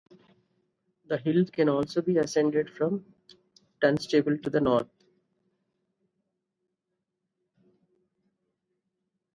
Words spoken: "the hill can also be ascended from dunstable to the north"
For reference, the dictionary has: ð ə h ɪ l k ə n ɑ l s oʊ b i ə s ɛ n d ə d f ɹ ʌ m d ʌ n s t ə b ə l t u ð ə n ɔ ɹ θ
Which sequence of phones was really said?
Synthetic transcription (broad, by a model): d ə h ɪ l k ə n ɑ l s oʊ b i ə s ɛ n d ə d f ɹ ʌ m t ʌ n s t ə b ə l t u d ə n ɔ ɹ t